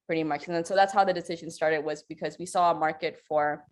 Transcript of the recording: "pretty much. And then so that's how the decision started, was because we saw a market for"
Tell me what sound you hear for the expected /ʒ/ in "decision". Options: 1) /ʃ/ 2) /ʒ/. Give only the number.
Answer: 2